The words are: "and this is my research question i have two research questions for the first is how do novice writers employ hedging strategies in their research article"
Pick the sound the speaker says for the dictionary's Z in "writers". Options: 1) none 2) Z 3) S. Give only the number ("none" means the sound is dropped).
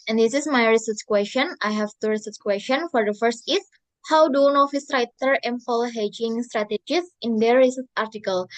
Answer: 1